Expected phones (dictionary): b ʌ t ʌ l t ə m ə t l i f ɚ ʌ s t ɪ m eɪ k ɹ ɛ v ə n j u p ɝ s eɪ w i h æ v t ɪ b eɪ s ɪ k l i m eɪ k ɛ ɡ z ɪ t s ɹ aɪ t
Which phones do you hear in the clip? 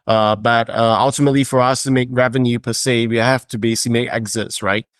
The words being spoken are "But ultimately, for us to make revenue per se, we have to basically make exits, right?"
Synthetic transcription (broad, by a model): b ʌ t ʌ l t ə m ə t l i f ɚ ʌ s t ɪ m eɪ k ɹ ɛ v ə n j u p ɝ s eɪ w i h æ f t ɪ b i s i m eɪ k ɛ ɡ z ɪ t s ɹ aɪ t